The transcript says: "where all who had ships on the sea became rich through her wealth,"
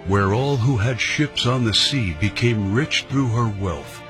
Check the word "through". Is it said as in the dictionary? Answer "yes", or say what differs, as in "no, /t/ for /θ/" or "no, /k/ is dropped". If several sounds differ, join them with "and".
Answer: yes